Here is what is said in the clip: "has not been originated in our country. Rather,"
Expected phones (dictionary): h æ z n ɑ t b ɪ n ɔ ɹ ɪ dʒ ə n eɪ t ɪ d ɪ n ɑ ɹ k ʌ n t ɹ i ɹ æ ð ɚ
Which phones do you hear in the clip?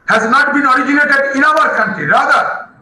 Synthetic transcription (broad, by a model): h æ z n ɑ t b ɪ n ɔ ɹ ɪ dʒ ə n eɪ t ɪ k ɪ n ɑ ɹ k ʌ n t i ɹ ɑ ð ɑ